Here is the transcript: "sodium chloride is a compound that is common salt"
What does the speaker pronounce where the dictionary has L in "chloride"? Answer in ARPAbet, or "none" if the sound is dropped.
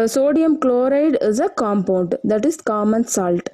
L